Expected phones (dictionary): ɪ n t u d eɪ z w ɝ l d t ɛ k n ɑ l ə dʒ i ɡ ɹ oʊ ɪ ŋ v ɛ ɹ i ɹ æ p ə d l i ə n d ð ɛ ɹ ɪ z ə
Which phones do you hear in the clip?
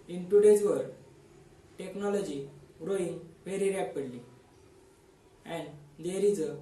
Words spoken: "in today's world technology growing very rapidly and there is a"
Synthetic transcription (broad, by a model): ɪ n t u d eɪ z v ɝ d t ɛ k n ɑ l ə dʒ i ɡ ɹ oʊ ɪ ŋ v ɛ ɹ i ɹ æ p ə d l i ə n d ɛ ɹ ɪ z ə